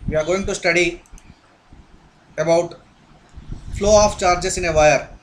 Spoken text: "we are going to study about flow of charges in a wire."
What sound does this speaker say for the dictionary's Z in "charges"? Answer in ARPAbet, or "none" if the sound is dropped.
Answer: S